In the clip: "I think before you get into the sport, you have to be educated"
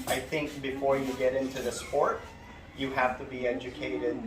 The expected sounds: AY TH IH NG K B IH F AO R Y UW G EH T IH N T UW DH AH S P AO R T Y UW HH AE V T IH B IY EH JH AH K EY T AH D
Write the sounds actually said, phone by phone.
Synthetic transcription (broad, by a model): AY TH IH NG K B IH F AO R Y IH G EH T IH N T UW DH AH S P AO R T Y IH HH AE F T IH B IY EH JH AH K EY T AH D